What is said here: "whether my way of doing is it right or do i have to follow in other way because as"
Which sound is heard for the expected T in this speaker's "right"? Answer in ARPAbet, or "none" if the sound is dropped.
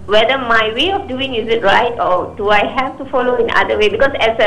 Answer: T